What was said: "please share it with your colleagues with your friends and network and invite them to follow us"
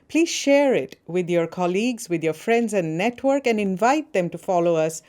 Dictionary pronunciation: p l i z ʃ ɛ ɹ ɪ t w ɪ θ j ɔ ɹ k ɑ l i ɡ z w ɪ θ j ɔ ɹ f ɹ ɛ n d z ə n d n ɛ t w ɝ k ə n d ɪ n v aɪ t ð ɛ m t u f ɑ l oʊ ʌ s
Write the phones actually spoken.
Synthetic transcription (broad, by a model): p l i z ʃ ɛ ɹ ɪ t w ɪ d j ɔ ɹ k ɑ l i ɡ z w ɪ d j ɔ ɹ f ɹ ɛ n d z ə n d n ɛ t w ɝ k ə n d ɪ n v aɪ t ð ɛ m t u f ɑ l oʊ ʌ s